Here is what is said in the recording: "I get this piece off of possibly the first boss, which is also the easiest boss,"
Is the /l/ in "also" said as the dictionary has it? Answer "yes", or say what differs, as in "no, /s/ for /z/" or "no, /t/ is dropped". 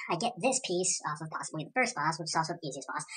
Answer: no, /l/ is dropped